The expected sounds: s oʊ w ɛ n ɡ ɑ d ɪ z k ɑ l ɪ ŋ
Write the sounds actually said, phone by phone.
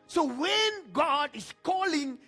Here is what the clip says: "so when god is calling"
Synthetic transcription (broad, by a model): s oʊ w ɛ n ɡ ɑ d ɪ s k ɑ l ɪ ŋ